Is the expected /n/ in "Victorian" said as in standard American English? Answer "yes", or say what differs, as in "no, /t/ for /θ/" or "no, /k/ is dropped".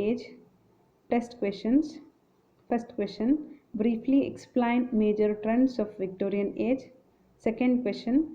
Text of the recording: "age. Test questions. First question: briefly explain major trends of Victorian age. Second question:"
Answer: yes